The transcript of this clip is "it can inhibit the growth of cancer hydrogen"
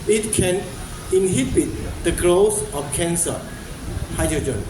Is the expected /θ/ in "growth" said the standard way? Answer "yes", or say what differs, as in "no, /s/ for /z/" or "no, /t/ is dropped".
no, /s/ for /θ/